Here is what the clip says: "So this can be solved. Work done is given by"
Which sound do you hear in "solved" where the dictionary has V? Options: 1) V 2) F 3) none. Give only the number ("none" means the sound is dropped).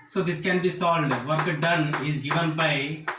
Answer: 3